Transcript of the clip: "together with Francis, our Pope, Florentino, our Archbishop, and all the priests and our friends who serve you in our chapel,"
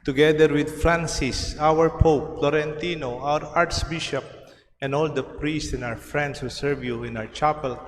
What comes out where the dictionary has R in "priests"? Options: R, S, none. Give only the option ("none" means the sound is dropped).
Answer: R